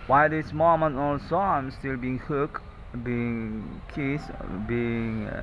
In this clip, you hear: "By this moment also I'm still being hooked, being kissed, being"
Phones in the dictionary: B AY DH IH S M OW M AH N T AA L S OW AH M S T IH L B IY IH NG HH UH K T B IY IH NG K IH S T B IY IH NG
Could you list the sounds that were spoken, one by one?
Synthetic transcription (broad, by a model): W AY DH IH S M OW M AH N AA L S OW AH M S T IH L B IY IH NG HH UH K B IY IH NG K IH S B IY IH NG